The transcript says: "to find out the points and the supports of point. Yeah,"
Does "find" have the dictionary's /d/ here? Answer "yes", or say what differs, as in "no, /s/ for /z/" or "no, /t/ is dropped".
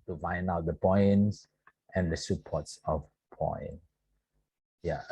no, /d/ is dropped